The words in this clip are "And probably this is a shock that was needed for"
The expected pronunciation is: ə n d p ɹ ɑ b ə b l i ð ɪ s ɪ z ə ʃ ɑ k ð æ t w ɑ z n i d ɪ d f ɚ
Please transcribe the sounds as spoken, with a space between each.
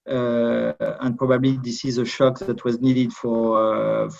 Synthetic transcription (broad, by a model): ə n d p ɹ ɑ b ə b l i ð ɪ s ɪ z ə ʃ ɑ k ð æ t w ɑ z n i d ɪ d f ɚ